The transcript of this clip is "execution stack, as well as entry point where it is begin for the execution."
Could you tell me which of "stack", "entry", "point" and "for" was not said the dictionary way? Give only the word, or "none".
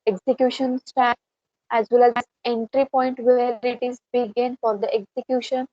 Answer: stack